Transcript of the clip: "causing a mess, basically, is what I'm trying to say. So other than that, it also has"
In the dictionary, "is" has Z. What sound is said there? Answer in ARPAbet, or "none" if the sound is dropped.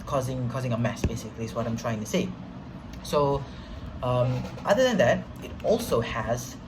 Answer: S